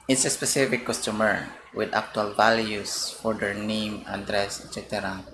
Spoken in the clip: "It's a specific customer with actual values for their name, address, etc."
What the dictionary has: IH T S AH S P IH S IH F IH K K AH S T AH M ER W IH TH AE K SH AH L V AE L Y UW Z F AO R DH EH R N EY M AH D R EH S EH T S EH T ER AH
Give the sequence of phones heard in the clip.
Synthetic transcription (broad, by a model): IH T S AH S P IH S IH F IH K K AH S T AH M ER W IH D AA K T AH L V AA L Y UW S F AO R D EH R N EY M AH D R EH S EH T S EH T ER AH